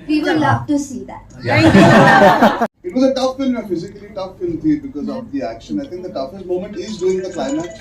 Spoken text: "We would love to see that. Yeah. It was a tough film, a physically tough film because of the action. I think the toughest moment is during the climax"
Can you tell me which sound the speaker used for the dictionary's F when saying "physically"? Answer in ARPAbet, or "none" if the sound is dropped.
F